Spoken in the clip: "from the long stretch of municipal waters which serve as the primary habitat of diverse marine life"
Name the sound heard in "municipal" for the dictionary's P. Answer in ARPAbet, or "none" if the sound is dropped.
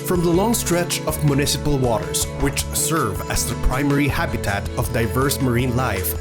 P